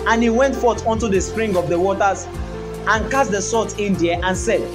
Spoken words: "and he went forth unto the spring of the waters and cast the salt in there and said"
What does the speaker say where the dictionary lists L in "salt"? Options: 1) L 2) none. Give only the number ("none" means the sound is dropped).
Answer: 2